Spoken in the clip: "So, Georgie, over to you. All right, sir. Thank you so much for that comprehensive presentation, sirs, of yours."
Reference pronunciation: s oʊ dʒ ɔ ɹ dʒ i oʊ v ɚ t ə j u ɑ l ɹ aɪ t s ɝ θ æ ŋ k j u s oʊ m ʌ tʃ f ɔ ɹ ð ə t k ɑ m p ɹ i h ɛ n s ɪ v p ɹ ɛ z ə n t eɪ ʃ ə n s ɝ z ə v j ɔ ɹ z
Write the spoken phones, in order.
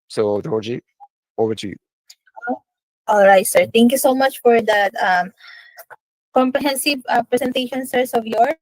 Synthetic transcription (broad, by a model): s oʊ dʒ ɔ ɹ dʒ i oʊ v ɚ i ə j ɑ l ɹ aɪ t s ɝ t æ ŋ k j u s oʊ m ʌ tʃ f ɔ ɹ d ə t k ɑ m p ɹ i h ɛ n s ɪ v p ɹ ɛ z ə n t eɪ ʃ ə n s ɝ s ə v j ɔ ɹ